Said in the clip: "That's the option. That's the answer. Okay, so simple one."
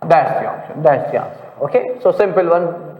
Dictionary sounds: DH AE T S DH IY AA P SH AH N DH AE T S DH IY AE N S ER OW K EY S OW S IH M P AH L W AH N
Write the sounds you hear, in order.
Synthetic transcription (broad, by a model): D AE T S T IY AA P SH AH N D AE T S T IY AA S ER OW K EY S OW S IH M P AH L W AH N